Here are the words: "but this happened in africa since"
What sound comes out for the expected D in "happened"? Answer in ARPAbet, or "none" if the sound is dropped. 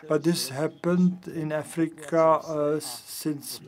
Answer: D